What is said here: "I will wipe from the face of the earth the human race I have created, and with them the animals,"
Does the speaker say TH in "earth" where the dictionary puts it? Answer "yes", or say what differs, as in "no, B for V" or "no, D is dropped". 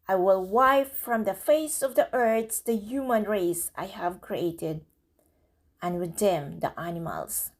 no, S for TH